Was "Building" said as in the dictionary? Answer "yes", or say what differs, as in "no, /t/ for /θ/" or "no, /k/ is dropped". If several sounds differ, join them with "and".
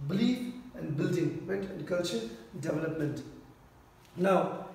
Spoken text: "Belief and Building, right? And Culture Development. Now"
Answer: yes